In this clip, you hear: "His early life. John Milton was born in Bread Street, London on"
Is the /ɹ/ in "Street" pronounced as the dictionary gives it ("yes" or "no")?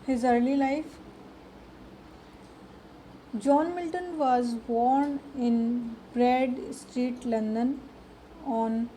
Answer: yes